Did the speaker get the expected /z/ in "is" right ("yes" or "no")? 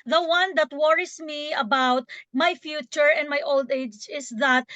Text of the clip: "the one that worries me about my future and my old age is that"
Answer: no